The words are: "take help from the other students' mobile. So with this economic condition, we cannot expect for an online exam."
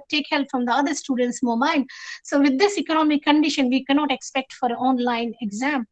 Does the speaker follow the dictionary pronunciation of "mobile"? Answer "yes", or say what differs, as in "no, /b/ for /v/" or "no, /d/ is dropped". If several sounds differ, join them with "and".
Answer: no, /n/ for /l/